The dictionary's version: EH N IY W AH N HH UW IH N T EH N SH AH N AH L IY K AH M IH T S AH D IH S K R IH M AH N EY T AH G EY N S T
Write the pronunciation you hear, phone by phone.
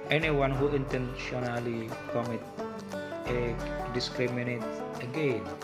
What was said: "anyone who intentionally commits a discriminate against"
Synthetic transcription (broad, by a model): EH N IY W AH N HH UW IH N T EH N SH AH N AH L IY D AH M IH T AH D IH S K R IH M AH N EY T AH G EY N